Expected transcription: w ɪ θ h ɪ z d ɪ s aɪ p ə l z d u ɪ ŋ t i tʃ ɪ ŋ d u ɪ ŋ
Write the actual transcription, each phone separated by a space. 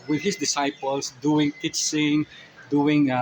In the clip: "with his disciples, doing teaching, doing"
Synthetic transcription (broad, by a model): w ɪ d h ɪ s d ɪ s aɪ p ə l s d u ɪ ŋ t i s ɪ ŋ d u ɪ ŋ